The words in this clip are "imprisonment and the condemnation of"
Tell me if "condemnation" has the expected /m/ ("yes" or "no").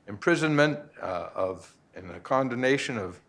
no